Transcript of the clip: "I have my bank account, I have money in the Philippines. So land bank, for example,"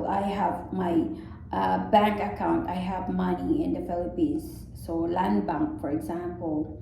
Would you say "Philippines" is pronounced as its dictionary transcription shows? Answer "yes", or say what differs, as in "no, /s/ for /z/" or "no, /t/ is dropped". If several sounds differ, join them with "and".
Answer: no, /n/ is dropped